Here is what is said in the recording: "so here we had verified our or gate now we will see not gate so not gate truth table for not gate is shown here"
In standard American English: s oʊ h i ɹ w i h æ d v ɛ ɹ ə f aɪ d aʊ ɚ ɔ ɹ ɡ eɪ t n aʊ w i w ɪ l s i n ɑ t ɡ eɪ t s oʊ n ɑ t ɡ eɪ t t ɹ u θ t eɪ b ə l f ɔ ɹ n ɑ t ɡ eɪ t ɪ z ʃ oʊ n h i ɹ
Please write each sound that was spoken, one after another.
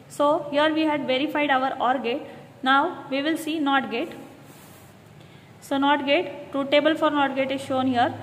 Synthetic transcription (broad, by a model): s oʊ h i ɹ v i h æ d v ɛ ɹ ə f aɪ d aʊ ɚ ɔ ɹ ɡ eɪ t n aʊ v i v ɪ l s i n ɑ t ɡ eɪ t s oʊ n ɑ t ɡ eɪ t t ɹ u t eɪ b ə l f ɔ ɹ n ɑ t ɡ eɪ t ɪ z ʃ oʊ n h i ɹ